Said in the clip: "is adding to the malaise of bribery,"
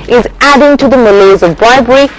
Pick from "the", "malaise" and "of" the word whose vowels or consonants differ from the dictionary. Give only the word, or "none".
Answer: none